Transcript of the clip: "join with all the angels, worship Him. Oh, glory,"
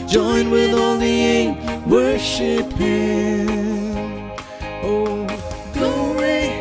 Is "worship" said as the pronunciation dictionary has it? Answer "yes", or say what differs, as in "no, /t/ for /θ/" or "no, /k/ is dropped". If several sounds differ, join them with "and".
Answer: yes